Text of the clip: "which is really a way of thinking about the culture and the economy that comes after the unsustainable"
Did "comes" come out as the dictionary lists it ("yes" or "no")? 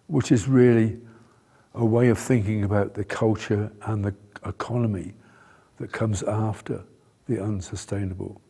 yes